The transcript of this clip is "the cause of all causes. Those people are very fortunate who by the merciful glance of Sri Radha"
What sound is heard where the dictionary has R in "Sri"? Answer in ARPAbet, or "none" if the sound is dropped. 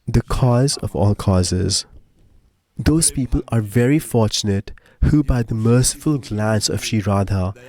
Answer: none